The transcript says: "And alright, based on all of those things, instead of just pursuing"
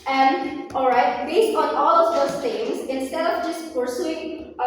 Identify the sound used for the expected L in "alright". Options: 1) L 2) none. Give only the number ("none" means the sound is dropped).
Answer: 1